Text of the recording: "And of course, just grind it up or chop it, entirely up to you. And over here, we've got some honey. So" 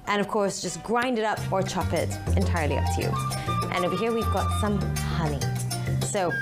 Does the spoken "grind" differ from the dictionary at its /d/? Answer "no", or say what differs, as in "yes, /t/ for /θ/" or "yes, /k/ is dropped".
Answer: no